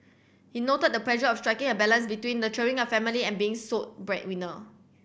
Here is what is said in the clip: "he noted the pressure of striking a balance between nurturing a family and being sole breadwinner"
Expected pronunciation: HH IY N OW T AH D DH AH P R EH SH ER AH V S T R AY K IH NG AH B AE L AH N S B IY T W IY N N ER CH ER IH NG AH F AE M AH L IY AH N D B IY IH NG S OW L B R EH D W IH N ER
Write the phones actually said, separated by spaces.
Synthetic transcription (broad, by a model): HH IY N OW T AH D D AH P L EH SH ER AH F S T R AY K IH NG AH B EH L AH N S B IY T W IY N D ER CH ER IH NG AH F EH M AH L IY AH N B IY IH NG S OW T B R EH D W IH N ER